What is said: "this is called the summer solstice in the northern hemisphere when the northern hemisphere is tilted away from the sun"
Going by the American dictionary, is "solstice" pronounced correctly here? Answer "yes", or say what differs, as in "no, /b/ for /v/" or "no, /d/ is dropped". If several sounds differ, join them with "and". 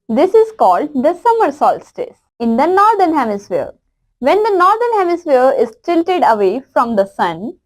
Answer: yes